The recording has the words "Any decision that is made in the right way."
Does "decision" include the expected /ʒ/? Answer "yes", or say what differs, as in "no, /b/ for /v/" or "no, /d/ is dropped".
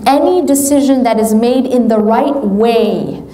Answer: yes